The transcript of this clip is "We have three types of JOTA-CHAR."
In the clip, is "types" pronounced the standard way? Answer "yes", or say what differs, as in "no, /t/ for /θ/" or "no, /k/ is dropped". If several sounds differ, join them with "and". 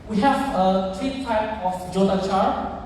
no, /s/ is dropped